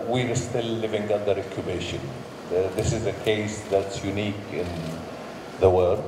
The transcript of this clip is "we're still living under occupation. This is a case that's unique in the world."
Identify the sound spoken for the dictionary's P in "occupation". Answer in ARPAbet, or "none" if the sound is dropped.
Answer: B